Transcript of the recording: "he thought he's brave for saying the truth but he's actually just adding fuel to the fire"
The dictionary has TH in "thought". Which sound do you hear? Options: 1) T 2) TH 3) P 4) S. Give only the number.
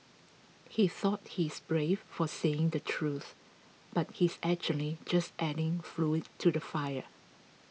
2